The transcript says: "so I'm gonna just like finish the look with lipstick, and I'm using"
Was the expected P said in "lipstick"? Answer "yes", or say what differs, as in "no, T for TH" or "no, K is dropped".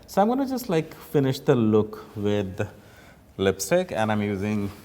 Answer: yes